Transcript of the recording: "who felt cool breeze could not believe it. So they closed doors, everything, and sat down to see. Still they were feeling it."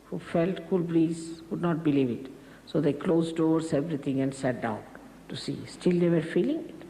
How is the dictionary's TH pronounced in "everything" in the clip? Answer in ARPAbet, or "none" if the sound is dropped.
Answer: T